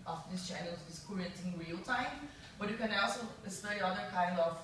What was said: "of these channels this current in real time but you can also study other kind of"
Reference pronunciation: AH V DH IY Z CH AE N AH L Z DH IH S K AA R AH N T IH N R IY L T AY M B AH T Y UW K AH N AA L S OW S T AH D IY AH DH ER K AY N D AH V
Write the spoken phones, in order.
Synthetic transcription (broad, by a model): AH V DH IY S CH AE N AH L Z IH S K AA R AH T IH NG R IY L T AY M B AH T Y UW K AH N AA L S OW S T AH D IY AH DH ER K AY N D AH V